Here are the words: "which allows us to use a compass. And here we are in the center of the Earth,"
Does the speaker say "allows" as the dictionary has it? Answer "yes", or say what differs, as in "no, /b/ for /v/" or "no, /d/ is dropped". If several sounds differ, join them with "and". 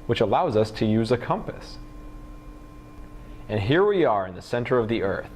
yes